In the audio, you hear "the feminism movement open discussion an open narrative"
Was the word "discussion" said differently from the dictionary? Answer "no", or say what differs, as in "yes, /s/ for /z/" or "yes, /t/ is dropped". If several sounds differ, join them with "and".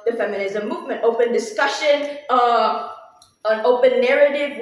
no